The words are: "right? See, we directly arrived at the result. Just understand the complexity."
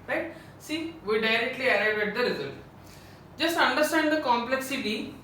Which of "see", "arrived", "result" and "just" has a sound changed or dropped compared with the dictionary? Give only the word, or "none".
arrived